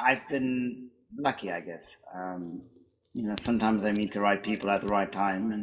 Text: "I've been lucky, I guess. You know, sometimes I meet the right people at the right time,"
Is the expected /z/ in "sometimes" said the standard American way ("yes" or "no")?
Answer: yes